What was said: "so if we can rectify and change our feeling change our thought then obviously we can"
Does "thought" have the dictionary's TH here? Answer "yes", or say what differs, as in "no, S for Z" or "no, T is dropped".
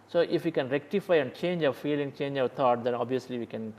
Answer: no, T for TH